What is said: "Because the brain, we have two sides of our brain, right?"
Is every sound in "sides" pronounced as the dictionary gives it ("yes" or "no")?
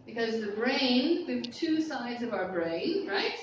yes